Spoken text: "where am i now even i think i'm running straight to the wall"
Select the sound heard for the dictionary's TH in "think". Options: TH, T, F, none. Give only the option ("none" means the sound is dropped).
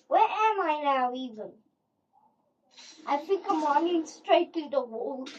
F